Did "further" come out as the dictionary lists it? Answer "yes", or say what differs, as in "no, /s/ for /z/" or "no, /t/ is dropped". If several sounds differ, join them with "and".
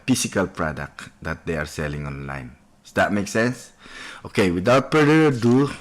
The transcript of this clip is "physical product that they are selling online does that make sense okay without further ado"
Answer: no, /p/ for /f/